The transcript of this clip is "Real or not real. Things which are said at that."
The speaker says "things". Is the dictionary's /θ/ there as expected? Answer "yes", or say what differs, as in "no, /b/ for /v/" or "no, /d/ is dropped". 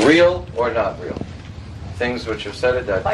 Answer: yes